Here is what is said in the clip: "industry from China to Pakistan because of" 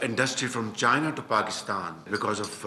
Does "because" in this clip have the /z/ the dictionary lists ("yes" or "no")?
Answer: yes